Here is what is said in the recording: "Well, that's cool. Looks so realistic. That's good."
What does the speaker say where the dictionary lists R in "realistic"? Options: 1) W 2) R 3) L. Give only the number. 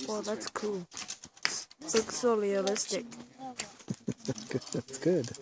3